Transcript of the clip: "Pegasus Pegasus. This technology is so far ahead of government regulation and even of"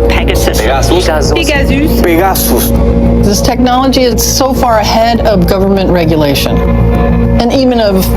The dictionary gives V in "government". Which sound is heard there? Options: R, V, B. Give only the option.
V